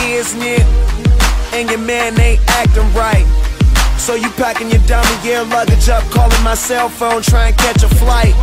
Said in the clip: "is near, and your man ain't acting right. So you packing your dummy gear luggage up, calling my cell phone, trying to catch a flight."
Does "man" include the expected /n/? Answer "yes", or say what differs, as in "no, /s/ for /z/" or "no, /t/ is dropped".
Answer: yes